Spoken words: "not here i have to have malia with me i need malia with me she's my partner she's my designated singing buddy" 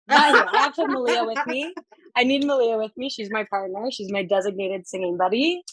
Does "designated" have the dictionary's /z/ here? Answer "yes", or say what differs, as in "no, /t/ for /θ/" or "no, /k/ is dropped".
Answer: yes